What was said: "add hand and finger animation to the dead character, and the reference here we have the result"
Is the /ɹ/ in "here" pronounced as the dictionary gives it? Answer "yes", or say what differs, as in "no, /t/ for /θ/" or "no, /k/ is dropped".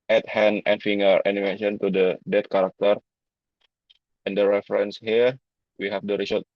yes